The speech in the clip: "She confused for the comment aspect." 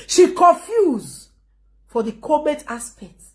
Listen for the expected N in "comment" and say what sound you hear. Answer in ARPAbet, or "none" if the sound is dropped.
none